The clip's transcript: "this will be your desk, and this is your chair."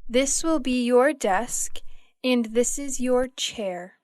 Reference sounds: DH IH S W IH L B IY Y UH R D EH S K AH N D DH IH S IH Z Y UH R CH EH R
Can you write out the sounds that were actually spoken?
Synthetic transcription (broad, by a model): DH IH S W IH L B IY Y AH R D EH S K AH N DH IH S IH Z Y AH R CH EH R